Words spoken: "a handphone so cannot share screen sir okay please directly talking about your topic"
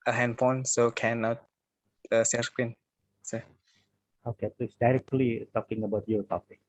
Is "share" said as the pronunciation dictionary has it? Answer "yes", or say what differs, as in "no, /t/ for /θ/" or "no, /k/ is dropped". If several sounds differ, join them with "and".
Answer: no, /s/ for /ʃ/